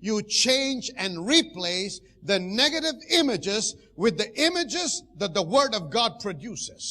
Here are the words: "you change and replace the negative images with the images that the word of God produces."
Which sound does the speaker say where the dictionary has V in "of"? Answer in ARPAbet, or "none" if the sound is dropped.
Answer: V